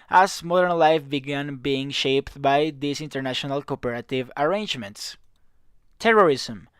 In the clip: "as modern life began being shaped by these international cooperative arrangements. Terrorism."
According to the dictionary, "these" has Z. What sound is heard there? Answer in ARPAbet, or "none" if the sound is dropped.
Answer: S